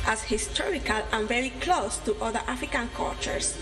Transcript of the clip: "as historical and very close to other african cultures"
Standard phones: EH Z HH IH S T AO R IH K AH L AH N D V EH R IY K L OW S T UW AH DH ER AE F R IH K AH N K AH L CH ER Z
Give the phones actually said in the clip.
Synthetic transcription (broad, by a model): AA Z HH IH S T AO R IH K AH L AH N V EH R IY K L OW S T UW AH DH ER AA F R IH K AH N K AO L CH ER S